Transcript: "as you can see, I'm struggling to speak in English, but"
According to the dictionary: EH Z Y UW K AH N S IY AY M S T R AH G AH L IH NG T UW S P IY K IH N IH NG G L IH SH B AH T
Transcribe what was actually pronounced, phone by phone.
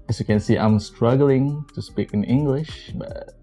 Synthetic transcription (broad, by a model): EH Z Y UW K AH N S IY AY M S T R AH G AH L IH NG T UW S P IY K IH N IH NG G L IH SH B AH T